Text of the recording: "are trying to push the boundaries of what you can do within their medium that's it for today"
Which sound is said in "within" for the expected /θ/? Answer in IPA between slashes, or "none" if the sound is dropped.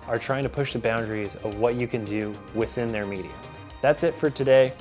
/θ/